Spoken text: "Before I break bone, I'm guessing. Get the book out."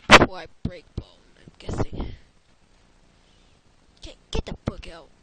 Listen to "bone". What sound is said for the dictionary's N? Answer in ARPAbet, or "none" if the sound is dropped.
L